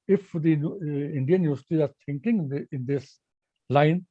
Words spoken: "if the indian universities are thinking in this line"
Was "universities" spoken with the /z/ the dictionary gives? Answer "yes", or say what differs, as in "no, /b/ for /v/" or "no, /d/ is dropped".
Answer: no, /z/ is dropped